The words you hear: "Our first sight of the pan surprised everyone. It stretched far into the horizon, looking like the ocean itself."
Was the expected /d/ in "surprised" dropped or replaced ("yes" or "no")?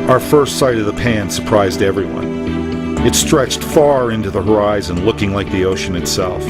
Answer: no